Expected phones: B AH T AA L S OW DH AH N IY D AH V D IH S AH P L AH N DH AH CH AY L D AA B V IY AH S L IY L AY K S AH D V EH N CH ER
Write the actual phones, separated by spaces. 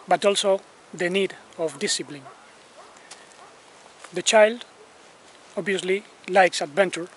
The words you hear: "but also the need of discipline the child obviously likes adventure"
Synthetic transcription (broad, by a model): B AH T AA L S OW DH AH N IY D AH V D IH S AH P L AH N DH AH CH AY L D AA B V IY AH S L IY L AY K S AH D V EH N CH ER